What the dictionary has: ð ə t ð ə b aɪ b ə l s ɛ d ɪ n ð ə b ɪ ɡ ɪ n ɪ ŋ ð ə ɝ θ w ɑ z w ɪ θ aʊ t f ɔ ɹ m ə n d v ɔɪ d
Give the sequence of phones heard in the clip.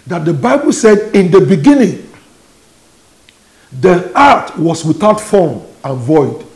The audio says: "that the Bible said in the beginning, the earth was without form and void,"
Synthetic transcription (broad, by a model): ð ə t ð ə b aɪ b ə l s ɛ d ɪ n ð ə b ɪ ɡ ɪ n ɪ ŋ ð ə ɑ t w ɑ s w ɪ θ aʊ t f ɔ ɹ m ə n v ɔɪ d